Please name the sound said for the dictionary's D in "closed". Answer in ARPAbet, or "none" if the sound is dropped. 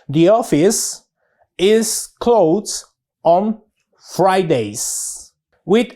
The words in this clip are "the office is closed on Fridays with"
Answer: none